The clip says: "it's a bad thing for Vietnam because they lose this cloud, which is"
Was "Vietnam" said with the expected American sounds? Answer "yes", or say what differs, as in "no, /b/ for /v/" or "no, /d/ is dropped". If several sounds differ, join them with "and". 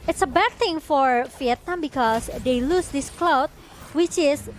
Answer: no, /f/ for /v/